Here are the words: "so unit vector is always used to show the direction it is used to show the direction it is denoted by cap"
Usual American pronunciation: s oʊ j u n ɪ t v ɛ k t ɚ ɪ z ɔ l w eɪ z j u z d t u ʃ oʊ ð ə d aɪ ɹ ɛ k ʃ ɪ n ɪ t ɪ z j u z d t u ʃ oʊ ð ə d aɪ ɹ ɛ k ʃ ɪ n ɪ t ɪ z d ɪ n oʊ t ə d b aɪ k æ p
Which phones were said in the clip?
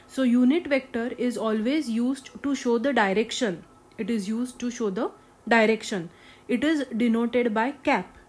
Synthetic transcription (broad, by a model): s oʊ j u n ɪ t v ɛ k t ɚ ɪ z ɔ l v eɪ z j u z d t u ʃ oʊ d ə d aɪ ɹ ɛ k ʃ ɪ n ɪ t ɪ z j u z d t u ʃ oʊ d ə d aɪ ɹ ɛ k ʃ ɪ n ɪ t ɪ z d ɪ n oʊ t ə d b aɪ k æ p